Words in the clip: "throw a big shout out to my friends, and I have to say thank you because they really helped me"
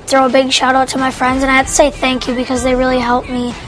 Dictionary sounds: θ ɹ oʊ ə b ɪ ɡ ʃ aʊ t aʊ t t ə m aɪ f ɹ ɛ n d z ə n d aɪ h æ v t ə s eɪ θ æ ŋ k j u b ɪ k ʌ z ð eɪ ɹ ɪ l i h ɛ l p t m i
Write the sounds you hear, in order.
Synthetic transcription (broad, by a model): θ ɹ oʊ ə b ɪ ɡ ʃ aʊ t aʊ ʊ t ə m aɪ f ɹ ɛ n d z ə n aɪ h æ t ə s eɪ θ æ ŋ k j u b ɪ k ʌ z ð eɪ ɹ ɪ l i h ɛ l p m i